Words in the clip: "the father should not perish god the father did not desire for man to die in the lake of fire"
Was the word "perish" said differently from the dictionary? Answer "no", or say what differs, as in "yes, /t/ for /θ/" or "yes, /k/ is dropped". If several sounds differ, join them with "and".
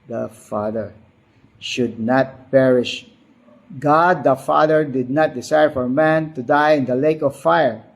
no